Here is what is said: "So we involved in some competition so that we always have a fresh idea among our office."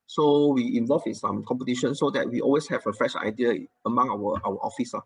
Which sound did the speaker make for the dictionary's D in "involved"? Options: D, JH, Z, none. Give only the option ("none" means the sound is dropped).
none